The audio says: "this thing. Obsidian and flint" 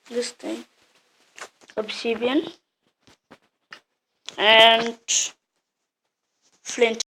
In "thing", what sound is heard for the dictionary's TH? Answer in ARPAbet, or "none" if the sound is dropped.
T